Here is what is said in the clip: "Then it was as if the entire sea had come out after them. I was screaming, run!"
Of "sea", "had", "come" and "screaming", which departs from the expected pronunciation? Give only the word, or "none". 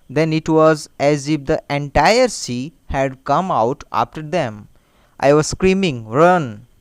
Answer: none